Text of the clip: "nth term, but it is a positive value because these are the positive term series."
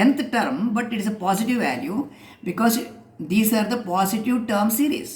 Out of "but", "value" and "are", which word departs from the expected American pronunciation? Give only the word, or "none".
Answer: none